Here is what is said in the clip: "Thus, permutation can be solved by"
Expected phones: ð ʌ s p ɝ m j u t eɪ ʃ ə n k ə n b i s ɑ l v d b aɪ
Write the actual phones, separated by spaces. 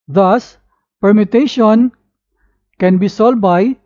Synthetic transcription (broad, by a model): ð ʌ s p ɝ m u t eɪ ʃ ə n k ə n b i s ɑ l d b aɪ